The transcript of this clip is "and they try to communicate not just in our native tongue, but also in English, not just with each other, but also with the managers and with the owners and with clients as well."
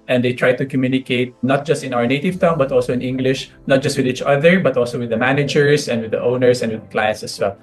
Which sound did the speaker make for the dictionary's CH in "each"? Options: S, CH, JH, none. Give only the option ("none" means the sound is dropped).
CH